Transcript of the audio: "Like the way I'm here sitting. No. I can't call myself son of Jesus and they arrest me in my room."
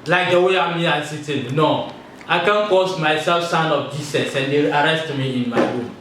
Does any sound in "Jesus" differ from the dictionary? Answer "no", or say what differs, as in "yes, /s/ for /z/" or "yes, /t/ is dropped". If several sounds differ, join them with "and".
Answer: yes, /s/ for /z/